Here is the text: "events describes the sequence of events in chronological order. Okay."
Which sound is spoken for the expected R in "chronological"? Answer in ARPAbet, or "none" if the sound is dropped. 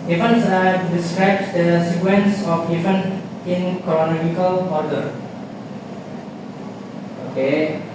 none